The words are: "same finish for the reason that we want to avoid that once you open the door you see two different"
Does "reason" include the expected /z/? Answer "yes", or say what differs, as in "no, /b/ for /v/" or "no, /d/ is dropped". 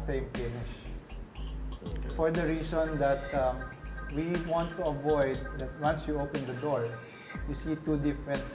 no, /s/ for /z/